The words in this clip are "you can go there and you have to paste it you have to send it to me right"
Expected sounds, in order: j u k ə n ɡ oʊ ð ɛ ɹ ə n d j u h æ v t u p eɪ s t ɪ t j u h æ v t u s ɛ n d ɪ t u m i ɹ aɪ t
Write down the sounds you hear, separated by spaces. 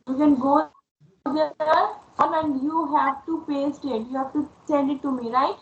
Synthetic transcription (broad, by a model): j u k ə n ɡ oʊ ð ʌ l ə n j u h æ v t u p eɪ s t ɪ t j u h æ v t u s ɛ n d ɪ t u m i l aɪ